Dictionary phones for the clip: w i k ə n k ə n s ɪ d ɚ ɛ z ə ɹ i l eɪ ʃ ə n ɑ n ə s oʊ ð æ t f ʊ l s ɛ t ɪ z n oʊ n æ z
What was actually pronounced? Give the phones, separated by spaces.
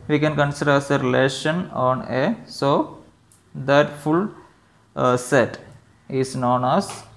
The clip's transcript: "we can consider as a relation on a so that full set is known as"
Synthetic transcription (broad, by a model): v i k ə n k ə n s ɪ d ɚ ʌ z ə ɹ i l eɪ ʃ ə n ɑ n ə s oʊ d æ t f ʊ l s ɛ t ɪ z n oʊ n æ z